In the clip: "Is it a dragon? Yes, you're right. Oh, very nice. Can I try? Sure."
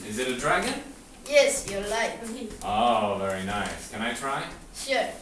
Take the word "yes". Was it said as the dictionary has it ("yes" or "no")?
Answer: yes